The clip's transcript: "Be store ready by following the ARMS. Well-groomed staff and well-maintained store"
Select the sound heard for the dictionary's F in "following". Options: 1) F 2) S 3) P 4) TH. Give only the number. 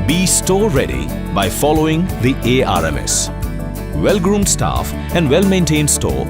1